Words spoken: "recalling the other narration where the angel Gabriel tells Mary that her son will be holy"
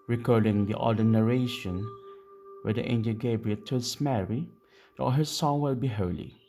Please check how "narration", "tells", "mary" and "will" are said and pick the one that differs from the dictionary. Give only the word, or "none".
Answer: tells